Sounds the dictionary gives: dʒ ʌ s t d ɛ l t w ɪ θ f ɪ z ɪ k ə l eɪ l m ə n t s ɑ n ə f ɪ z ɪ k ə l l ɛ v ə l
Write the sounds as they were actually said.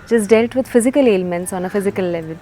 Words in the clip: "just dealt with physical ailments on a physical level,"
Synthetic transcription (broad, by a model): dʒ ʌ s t d ɛ l t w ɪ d f ɪ z ɪ k ə l eɪ l m ə n t s ɑ n ə f ɪ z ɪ k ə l l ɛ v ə l